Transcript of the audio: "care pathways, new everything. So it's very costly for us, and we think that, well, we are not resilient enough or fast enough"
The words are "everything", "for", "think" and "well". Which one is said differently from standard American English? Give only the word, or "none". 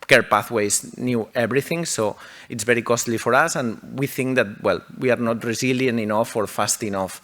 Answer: everything